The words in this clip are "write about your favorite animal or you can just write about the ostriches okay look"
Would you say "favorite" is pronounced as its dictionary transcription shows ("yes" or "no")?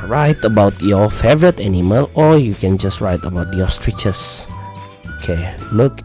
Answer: yes